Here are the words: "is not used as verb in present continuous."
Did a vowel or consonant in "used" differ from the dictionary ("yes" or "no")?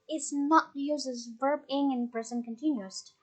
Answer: yes